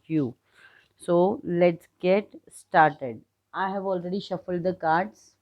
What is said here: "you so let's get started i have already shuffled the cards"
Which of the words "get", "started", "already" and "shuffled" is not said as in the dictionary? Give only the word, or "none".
none